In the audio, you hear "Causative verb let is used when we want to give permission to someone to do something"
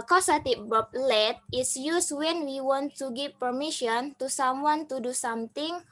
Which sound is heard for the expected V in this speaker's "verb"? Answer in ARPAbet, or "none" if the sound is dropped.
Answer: B